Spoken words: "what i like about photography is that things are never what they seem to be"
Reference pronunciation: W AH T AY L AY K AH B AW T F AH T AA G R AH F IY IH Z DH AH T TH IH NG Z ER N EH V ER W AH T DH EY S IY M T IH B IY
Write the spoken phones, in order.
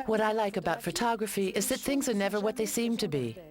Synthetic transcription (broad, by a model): W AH T AY L AY K AH B AW T F AH T AA G R AH F IY IH Z DH AH T TH IH NG Z ER N EH V ER W AH T DH EY S IY M T IH B IY